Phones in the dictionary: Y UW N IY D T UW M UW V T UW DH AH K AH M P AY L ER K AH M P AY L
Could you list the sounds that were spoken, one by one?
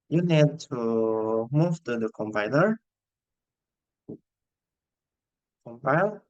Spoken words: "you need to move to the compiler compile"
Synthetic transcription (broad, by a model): Y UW N IY D T UW M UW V T UW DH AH K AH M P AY N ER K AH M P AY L